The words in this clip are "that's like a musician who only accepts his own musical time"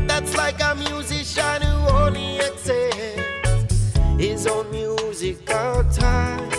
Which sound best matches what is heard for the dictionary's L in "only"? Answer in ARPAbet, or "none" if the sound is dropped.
none